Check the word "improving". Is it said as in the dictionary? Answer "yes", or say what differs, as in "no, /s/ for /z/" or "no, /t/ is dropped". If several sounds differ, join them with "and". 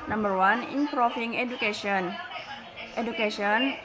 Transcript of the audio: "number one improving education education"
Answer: no, /f/ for /v/